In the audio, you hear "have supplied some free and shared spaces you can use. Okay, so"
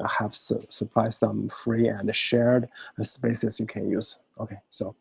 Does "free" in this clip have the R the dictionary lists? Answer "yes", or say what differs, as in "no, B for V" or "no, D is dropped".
yes